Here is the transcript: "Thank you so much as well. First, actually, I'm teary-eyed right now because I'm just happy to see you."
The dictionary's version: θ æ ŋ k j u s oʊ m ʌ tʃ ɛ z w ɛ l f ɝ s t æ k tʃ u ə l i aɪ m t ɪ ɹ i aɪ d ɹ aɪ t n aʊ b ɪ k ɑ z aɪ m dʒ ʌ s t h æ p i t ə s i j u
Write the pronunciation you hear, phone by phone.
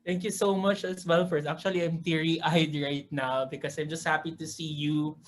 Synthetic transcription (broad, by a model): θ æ ŋ k j u s oʊ m ʌ tʃ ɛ s w ɛ l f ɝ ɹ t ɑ k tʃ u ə l i aɪ m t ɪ ɹ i aɪ d ɹ aɪ t n aʊ b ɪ k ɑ s aɪ m dʒ ʌ s t h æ p i t ə s i j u